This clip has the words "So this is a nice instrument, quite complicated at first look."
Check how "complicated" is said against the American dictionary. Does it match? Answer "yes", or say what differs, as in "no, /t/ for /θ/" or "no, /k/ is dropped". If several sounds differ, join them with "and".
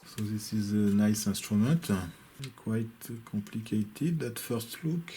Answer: no, /m/ is dropped